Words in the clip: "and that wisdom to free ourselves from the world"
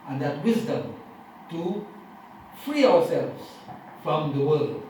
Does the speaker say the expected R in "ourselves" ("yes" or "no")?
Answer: no